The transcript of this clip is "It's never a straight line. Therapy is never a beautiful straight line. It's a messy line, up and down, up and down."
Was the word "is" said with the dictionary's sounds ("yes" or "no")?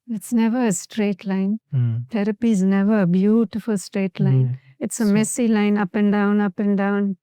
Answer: yes